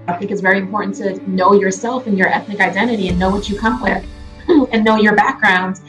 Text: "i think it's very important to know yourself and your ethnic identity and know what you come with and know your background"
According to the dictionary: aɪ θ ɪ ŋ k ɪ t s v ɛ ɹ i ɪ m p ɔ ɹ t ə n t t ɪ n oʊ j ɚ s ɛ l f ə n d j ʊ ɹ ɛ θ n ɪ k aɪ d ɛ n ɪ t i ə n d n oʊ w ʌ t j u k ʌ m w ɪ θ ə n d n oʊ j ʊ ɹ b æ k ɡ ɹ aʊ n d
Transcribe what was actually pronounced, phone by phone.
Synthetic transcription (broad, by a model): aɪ θ ɪ ŋ k ɪ t s v ɛ ɹ i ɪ m p ɔ ɹ t n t t ɪ n oʊ j ɚ s ɛ l f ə n j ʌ ɹ ɛ θ n ɪ k aɪ d ɛ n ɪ t i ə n n oʊ w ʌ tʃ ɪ k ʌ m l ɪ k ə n n oʊ j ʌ ɹ b æ k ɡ ɹ aʊ n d